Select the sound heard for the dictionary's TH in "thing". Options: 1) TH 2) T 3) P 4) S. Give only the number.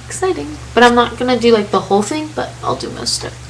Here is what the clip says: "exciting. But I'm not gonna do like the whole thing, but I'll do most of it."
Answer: 1